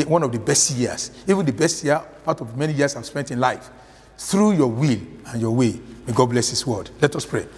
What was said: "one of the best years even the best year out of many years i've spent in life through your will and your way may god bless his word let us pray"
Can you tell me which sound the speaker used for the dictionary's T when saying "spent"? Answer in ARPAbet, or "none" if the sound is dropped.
T